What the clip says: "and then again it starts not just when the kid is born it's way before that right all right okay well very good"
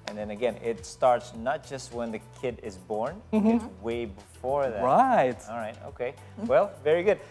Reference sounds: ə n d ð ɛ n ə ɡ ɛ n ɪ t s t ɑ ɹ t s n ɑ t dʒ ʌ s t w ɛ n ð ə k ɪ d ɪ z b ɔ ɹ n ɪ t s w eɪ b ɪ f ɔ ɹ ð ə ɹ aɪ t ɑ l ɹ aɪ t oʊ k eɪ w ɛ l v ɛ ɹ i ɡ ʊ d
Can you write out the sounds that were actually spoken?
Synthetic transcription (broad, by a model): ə n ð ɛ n ə ɡ ɛ n ɪ t s t ɑ ɹ t s n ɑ t dʒ ʌ s t w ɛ n ð ə k ɪ d ɪ z b ɔ ɹ n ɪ w eɪ b ɪ f ɔ ɹ ð ə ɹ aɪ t ɑ l ɹ aɪ t oʊ k eɪ w ɛ l v ɛ ɹ i ɡ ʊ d